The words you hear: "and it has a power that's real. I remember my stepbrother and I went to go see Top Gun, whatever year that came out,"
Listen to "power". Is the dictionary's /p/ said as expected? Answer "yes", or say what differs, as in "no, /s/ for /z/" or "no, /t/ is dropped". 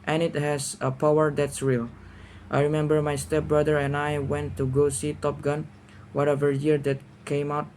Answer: yes